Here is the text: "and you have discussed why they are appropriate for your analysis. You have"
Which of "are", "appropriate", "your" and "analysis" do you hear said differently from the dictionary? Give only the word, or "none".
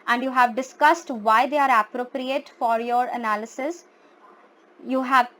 none